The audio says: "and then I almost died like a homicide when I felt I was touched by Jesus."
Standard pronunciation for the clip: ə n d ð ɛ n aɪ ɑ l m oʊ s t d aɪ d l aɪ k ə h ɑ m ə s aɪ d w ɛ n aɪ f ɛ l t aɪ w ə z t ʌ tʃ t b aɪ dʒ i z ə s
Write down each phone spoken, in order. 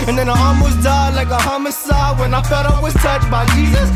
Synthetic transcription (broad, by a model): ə n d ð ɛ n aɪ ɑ m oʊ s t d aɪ l aɪ k ə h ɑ m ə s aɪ w ɛ n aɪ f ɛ t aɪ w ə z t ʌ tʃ b aɪ dʒ i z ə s